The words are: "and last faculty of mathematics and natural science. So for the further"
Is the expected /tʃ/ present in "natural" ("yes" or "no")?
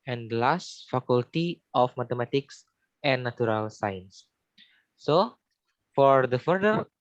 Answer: no